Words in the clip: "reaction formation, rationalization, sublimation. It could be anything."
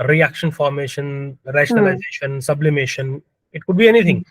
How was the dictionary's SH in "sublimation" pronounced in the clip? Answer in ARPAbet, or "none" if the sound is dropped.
SH